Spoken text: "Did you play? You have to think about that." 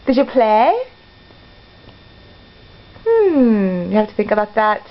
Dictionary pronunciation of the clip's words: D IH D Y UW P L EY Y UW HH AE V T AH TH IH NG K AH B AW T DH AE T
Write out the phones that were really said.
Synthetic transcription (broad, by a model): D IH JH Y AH P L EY Y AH HH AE F T AH TH IH NG K AH B AW T DH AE T